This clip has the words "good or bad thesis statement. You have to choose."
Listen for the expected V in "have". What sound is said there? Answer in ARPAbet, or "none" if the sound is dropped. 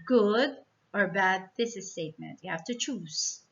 F